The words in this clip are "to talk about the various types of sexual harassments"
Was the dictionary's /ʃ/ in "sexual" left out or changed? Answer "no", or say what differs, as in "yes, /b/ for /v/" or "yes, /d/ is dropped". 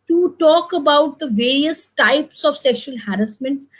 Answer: no